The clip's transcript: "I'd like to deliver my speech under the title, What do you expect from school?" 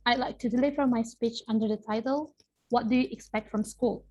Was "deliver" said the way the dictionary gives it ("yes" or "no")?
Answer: yes